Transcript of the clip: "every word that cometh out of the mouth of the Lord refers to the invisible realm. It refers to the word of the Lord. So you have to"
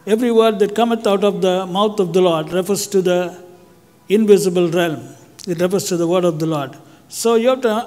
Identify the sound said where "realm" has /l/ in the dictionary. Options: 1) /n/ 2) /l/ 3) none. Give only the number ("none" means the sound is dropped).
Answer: 2